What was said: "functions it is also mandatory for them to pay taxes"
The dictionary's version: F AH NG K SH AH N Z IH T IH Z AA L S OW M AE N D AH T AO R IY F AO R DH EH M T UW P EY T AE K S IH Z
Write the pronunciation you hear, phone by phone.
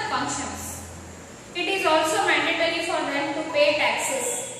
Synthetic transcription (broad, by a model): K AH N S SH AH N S IH T IH Z AA L S OW M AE N D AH T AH R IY F AO R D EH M T UW P EY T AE K S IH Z